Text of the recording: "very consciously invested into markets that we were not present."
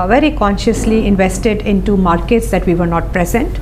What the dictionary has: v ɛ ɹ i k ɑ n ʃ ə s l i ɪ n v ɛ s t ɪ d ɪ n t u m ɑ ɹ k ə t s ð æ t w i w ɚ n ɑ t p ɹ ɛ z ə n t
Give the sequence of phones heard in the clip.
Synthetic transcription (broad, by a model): v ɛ ɹ i k ɑ n ʃ ə s l i ɪ n v ɛ s t ɪ d ɪ n t u m ɑ ɹ k ə t s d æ t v i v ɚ n ɑ t p ɹ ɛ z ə n t